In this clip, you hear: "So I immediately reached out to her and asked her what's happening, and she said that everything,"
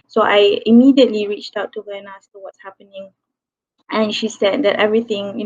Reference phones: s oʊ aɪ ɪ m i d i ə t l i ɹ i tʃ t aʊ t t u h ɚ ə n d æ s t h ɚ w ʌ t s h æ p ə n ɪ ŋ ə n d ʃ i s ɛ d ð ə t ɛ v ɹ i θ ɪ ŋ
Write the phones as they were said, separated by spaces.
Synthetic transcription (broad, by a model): s oʊ aɪ ɪ m i d i ə t l i ɹ i tʃ t aʊ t t u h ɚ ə n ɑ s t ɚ w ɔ t s h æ p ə n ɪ ŋ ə n ʃ i s ɛ d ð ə t ɛ v ɹ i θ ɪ ŋ